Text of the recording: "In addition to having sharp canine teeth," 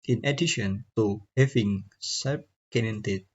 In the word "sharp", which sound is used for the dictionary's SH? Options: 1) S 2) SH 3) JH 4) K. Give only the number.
1